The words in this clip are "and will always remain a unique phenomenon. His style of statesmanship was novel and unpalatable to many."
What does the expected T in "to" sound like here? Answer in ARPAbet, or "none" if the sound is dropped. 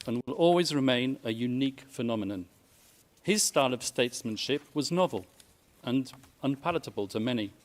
T